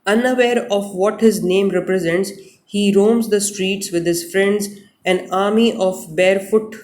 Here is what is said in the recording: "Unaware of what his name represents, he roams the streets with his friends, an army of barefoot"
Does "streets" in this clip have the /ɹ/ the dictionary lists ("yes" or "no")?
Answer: yes